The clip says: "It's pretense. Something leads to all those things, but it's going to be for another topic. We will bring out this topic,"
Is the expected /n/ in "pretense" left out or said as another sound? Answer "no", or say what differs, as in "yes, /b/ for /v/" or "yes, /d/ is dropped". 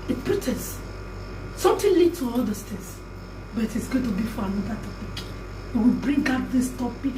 yes, /n/ is dropped